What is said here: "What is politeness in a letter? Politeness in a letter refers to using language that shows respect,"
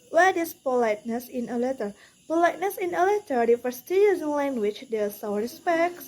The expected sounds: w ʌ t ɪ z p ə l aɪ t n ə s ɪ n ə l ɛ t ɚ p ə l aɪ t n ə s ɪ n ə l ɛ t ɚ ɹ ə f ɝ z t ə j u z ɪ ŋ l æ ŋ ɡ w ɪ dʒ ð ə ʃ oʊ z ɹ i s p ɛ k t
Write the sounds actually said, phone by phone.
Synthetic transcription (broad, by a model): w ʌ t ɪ s p ə l aɪ t n ə s ɪ n ə l ɛ t ɚ p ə l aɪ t n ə s ɪ n ə l ɛ t ɚ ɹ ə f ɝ s t ə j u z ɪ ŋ l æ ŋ ɡ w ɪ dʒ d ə s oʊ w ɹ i s p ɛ k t